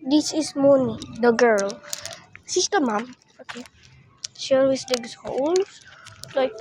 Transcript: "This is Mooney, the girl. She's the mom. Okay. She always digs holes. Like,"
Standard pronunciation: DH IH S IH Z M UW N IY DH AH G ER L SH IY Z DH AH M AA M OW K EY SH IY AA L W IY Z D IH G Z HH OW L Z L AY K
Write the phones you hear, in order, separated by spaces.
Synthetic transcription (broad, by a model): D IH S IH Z M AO N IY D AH G ER L S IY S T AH M AA M OW K EY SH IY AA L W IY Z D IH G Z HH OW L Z L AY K